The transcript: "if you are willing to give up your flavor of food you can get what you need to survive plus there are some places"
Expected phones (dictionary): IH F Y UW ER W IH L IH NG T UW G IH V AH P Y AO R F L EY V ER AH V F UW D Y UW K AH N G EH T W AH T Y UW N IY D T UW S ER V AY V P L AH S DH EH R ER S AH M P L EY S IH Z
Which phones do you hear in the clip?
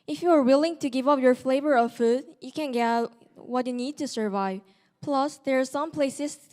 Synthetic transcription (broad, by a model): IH F Y UW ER W IH L IH NG T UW G IH V AH P Y AO R F L EY V ER AH V F UW D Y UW K AH N G EH T W AH T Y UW N IY D T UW S ER V AY V P L AH S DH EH R S AH M P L EY S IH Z